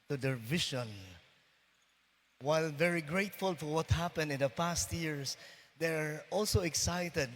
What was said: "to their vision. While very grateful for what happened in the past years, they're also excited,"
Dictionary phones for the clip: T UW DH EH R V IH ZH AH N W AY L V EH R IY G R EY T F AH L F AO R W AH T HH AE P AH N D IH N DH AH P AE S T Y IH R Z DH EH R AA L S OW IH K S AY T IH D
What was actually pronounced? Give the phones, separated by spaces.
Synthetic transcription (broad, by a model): T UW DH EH R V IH SH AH N W AY L V EH R IY G R EY T F AH L F AO R W AH T HH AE P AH N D IH N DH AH P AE S T Y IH R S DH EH R AA L S OW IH K S AY T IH D